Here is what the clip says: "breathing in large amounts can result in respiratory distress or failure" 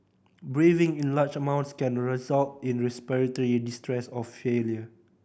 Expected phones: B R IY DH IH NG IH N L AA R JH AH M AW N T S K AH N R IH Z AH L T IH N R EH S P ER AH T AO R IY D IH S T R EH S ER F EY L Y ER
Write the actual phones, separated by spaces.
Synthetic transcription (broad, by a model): B R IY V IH NG IH N L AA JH AH M AW N T S K AH N R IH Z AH L T IH N R EH S P ER AH T AO R IY D IH S T R EH S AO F EY L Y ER